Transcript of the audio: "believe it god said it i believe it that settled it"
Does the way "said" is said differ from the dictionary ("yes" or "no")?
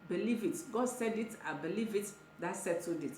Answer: no